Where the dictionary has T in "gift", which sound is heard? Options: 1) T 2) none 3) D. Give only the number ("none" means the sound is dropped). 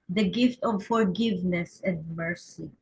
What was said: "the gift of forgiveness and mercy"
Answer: 1